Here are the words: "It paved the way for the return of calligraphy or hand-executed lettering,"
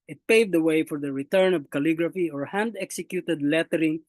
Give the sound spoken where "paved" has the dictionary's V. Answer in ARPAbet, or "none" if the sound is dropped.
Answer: V